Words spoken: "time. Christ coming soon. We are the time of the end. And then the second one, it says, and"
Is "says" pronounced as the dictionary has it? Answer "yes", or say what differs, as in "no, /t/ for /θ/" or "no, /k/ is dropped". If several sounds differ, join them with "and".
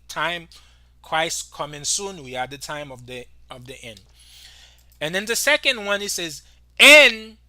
yes